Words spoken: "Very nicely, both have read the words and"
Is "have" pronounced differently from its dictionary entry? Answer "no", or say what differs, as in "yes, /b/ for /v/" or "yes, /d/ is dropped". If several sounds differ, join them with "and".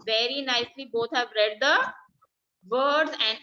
no